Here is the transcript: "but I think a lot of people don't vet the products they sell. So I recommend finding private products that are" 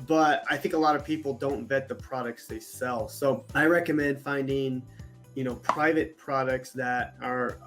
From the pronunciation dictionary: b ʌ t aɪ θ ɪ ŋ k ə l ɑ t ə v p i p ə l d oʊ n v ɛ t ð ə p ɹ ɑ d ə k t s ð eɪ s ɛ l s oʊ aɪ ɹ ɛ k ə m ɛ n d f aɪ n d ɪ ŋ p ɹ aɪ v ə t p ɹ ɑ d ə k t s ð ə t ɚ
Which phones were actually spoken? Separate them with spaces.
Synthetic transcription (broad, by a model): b ʌ t aɪ θ ɪ ŋ k ə l ɑ t ə v p i p l d oʊ n v ɛ t ð ə p ɹ ɑ d ə k t s ð eɪ s ɛ l s oʊ aɪ ɹ ɛ k ə m ɛ n d f aɪ n d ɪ ŋ p ɹ aɪ v ə t p ɹ ɑ d ə k t s ð ə t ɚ